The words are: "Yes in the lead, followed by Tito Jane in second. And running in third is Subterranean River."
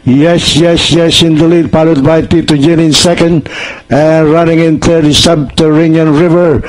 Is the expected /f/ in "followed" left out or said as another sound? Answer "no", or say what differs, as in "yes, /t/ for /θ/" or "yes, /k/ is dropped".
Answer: yes, /p/ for /f/